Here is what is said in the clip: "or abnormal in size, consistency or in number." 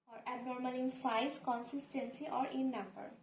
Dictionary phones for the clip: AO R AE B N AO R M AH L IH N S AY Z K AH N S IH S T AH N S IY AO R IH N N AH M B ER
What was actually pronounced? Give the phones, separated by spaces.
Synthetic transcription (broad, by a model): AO R AE B N AO R M AH L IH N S AY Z K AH N S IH S T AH N S IY AO R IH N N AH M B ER